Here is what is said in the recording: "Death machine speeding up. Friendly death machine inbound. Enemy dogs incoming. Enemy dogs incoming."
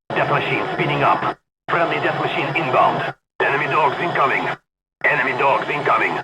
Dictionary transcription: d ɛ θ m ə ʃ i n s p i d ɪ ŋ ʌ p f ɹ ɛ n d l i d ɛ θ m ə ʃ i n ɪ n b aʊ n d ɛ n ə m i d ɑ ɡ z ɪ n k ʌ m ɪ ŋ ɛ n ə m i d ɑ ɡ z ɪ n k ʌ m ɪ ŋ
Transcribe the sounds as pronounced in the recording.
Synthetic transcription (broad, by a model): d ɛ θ m ə ʃ i n s p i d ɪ ŋ ʌ p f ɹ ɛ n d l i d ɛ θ m ə ʃ i n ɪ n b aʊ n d ɛ n ə m i d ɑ ɡ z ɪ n k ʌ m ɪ ŋ ɛ n ə m i d ɑ ɡ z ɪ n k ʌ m ɪ ŋ